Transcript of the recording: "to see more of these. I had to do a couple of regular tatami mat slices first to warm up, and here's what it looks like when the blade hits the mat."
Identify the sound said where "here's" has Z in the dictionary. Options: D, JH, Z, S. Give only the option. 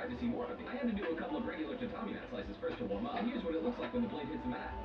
Z